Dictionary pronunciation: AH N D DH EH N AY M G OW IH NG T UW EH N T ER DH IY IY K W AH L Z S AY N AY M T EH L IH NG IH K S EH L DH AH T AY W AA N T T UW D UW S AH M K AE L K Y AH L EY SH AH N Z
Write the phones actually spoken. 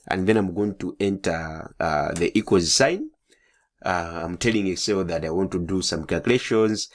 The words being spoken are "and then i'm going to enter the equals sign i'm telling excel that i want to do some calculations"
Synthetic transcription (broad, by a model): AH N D DH EH N AY M G OW IH NG T UW EH N T ER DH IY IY K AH Z S AY N AY M T EH L IH NG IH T S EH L DH AH T AY W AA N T T UW D UW S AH M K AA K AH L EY SH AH N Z